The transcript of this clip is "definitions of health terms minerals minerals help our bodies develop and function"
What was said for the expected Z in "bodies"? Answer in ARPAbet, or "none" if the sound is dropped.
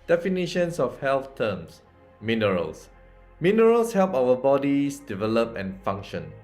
S